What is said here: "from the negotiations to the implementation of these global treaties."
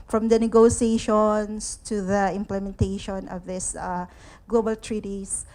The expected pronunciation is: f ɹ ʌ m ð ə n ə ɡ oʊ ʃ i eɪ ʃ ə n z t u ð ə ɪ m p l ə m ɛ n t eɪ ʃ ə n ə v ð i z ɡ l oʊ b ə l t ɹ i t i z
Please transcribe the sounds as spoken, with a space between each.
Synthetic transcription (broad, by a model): f ɹ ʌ m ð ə n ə ɡ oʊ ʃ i eɪ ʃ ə n s t u ð ə ɪ m p l ə m ɛ n t eɪ ʃ ə n ə v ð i s ɡ l oʊ b ə l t ɹ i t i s